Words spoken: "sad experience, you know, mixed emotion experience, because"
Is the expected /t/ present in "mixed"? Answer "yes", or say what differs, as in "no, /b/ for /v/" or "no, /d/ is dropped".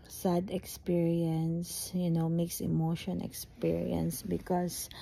no, /t/ is dropped